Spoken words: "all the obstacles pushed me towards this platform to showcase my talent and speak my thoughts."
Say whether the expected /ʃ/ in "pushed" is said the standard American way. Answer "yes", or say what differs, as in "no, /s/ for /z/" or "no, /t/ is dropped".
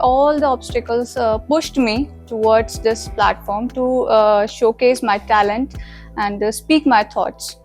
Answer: yes